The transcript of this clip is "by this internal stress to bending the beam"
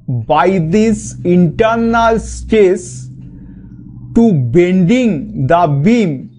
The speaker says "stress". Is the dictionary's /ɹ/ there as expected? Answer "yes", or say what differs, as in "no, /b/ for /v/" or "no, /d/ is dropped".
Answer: no, /ɹ/ is dropped